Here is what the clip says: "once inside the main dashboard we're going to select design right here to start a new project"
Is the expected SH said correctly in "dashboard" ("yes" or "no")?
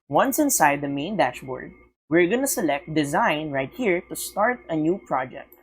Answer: yes